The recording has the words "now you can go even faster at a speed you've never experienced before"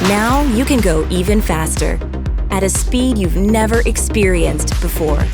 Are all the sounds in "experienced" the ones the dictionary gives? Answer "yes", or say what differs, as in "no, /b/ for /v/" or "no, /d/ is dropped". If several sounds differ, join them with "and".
yes